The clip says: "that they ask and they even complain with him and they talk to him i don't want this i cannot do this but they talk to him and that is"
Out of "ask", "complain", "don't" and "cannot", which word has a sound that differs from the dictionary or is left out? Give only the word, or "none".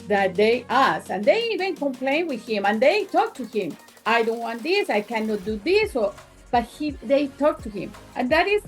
ask